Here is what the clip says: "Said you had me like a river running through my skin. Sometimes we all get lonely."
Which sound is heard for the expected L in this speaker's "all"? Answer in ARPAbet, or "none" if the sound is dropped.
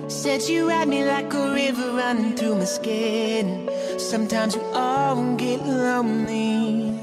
N